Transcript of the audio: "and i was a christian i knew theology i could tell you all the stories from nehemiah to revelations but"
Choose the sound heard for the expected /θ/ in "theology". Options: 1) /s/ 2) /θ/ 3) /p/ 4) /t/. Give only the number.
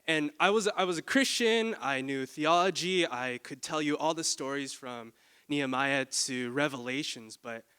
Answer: 2